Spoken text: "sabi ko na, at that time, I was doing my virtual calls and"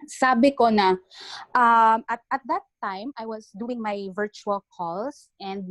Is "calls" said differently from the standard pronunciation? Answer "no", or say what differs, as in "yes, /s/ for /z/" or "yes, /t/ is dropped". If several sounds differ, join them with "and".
yes, /s/ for /z/